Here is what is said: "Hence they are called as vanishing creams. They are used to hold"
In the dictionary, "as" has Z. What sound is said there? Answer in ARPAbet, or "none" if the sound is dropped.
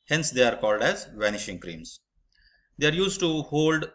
Z